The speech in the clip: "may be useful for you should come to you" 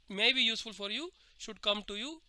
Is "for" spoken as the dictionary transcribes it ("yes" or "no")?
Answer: yes